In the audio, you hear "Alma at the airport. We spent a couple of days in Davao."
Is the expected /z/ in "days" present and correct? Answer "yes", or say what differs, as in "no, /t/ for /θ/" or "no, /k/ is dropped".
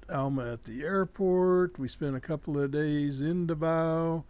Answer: yes